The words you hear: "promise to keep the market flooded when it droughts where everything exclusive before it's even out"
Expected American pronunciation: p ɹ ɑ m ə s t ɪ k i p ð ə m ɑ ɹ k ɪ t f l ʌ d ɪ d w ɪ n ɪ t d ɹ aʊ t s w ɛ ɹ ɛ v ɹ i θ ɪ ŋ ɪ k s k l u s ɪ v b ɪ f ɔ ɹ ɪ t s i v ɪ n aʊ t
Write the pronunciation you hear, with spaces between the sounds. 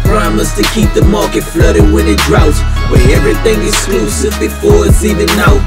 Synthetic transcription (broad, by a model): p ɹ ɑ m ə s t ɪ k i p ð ə m ɑ ɹ k ɪ t f l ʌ d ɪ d w ɪ n ɪ t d ɹ aʊ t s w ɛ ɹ ɛ v ɹ i θ ɪ ŋ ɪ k s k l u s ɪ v b ɪ f ɔ ɹ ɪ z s i v ɪ n aʊ